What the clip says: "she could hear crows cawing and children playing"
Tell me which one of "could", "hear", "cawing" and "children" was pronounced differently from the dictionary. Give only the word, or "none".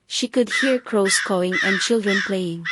none